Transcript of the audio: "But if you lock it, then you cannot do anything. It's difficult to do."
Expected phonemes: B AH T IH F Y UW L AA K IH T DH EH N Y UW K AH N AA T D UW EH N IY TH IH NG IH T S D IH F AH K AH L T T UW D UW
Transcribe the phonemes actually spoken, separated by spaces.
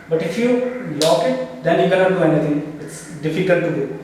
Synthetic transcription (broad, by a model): B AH T IH F Y UW L AA K IH T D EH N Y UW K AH L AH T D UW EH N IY T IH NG IH T S D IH F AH K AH L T T UW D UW